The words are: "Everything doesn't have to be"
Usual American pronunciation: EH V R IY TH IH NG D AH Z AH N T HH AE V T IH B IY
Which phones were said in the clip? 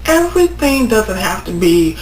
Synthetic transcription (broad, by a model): EH V R IY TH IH NG D AH Z AH N T HH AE F T IH B IY